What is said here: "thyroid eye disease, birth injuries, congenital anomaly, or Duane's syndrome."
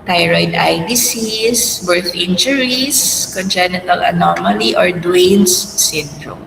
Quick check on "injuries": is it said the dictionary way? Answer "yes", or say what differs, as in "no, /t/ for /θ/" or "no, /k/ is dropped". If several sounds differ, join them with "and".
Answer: no, /s/ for /z/